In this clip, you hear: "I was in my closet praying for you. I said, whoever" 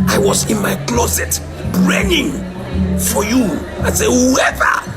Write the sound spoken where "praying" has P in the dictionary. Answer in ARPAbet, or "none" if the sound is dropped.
B